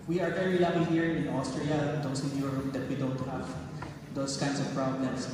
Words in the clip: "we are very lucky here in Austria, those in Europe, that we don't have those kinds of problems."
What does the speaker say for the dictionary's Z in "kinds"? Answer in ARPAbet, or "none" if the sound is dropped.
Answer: S